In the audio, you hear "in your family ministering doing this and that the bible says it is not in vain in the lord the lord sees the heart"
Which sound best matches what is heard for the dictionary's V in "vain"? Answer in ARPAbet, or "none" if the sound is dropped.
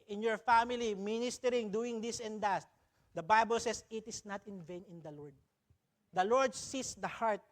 V